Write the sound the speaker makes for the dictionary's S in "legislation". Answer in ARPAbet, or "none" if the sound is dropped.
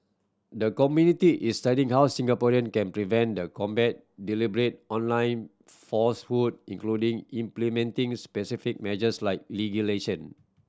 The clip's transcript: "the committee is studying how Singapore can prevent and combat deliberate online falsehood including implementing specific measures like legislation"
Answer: none